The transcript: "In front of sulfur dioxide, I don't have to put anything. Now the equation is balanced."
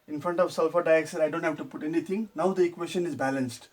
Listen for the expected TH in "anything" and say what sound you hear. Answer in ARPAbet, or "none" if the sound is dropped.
T